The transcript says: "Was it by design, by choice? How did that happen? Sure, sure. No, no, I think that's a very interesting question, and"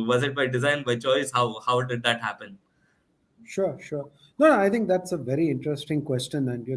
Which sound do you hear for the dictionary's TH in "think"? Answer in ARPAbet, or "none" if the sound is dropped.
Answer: T